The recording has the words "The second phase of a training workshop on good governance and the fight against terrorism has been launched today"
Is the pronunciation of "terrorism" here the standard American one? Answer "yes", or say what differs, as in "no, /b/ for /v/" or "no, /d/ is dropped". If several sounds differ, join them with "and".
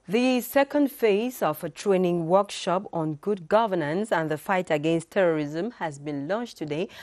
yes